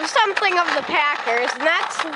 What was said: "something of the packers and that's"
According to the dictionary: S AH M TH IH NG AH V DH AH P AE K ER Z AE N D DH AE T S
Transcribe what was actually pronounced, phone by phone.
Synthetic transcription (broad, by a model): S AH M TH IH NG AH V DH AH P AE K ER Z N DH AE T S